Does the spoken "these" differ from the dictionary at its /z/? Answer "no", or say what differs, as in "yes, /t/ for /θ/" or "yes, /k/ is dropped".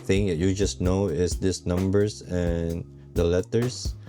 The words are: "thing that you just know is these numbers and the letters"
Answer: yes, /s/ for /z/